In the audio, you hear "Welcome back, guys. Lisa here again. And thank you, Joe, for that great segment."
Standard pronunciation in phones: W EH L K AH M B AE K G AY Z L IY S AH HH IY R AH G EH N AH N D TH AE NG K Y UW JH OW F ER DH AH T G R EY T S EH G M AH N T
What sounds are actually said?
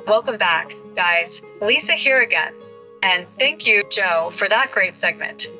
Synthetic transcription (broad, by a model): W EH L K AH M B AE K G AY Z L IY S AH HH IY R AH G EH N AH N TH AE NG K Y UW JH OW F ER DH AH T G R EY T S EH G M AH N T